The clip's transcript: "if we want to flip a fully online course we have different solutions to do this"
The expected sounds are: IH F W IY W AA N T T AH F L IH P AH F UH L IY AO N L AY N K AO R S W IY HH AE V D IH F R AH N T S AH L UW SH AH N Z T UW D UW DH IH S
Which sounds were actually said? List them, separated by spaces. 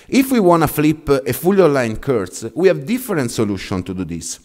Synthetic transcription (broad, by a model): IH F W IY W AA N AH F L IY P AH F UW L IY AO L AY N K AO R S W IY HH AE V D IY F R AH N T S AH L UW SH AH N T UW D UW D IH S